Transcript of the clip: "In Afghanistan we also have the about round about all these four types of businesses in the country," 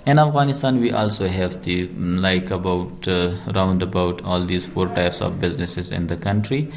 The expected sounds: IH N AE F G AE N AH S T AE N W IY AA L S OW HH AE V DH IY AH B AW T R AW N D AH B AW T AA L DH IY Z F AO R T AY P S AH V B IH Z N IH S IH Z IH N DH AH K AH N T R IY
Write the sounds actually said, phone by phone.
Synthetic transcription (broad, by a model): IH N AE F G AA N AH S T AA N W IY AA L S OW HH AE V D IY AH B AW T R AW N D AH B AW T AA L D IY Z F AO R T AY P S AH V B IH Z N IH S IH Z IH N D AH K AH N T R IY